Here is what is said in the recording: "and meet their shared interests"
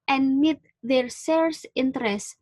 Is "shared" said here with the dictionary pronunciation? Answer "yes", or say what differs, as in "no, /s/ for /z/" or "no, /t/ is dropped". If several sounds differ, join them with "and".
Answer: no, /s/ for /ʃ/